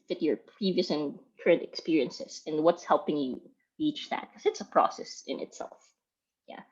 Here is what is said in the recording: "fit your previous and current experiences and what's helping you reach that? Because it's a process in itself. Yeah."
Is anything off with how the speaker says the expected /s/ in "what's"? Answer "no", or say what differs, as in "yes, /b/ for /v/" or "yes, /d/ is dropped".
no